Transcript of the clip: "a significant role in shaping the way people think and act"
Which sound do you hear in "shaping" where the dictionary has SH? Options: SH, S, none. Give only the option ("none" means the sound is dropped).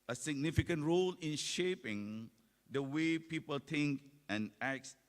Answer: SH